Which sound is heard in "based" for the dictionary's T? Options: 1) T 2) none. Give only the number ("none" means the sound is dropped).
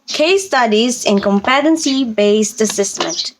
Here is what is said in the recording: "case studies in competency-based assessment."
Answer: 1